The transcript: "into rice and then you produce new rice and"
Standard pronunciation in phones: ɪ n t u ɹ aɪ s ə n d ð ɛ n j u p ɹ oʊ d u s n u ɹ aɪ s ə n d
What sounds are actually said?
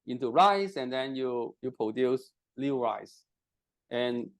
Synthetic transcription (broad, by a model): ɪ n t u ɹ aɪ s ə n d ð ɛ n j u p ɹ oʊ d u s l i ɹ aɪ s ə n